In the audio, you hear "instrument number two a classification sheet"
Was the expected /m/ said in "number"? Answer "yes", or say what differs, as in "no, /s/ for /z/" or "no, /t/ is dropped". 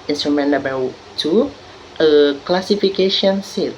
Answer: no, /m/ is dropped